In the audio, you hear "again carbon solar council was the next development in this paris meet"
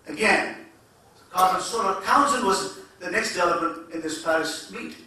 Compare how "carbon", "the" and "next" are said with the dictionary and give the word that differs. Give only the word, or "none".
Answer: carbon